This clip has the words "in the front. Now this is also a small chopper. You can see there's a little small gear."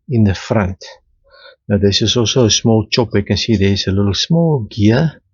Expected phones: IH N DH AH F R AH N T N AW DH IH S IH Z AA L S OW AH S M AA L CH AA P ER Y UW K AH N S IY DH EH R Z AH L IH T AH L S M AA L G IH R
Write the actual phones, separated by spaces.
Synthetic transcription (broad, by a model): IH N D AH F R AH N T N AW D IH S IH S AA L S OW AH S M AA L CH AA P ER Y K AH N S IY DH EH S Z AH L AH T L S M AA L G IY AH